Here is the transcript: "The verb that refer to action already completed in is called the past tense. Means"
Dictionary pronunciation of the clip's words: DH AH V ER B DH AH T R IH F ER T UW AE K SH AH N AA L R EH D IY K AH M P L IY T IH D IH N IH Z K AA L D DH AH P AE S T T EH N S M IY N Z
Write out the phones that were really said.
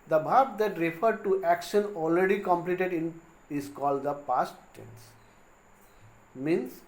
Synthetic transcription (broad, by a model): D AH B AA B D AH T R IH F ER T UW AE K SH AH N AA L R EH D IY K AH M P L IY T IH D IH N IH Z K AA L D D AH P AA S T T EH N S M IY N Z